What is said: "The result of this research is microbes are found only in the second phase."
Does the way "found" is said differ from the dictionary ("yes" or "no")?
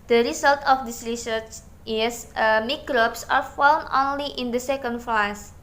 yes